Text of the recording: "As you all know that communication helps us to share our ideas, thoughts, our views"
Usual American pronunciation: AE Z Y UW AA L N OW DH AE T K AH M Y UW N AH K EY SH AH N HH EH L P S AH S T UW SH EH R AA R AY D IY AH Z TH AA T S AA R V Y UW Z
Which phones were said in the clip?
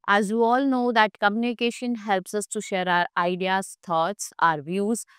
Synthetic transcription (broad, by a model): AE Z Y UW AA L N OW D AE T K AH M Y UW N AH K EY SH AH N HH EH L P S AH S T UW SH EH R AA R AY D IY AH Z T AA T S AA R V Y UW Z